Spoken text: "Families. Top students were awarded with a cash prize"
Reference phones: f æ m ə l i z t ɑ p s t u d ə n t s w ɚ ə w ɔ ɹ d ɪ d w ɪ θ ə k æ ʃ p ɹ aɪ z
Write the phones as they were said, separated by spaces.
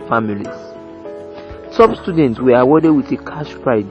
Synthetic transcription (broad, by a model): f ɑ m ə l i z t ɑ b s t u d ə n t s w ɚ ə w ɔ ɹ d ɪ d w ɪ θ ə k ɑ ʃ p ɹ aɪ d